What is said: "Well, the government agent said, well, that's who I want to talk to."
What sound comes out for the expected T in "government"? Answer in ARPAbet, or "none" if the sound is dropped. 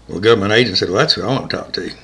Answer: none